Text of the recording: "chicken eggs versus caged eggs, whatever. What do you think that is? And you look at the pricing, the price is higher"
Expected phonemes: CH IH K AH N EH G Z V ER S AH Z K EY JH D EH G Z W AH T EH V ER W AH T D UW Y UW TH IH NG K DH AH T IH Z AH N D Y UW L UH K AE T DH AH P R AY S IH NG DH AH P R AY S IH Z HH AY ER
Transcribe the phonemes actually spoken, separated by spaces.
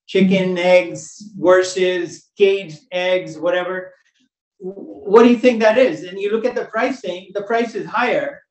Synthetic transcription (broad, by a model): CH IH K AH N EH G Z W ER S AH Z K EY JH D EH G Z W AH T EH V ER W AH T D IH Y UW TH IH NG K DH AH T IH Z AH N Y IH L UH K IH T DH AH P R AY S IH NG DH AH P R AY S IH Z HH AY ER